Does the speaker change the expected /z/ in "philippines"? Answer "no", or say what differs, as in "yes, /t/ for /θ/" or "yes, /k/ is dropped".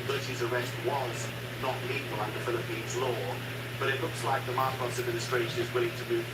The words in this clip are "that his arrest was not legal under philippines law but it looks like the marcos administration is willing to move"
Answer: no